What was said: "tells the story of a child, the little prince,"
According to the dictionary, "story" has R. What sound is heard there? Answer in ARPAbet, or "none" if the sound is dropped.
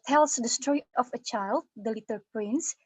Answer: none